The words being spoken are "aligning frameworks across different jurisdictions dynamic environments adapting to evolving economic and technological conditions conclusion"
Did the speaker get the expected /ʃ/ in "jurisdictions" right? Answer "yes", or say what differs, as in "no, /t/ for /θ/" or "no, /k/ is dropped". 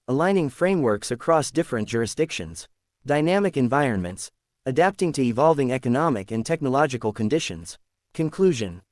yes